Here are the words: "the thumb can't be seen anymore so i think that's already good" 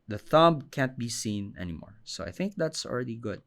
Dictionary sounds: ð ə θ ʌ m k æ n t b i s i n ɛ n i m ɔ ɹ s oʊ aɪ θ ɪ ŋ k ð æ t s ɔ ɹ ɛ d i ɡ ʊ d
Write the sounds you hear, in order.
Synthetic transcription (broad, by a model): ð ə θ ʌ m k æ n t b i s i n ɛ n i m ɔ ɹ s oʊ aɪ θ ɪ ŋ k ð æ t s ɔ ɹ ɛ d i ɡ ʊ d